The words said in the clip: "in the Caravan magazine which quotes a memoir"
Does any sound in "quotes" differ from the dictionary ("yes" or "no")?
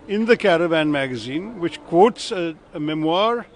no